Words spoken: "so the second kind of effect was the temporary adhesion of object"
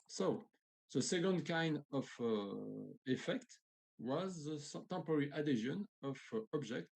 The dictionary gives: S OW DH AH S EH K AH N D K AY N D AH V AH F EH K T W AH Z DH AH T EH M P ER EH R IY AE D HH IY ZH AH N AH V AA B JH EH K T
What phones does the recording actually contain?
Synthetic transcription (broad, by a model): S OW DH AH S EH K AH N D K AY N D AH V AH F EH K T W AH Z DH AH T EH M P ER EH R IY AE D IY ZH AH N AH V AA B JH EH K T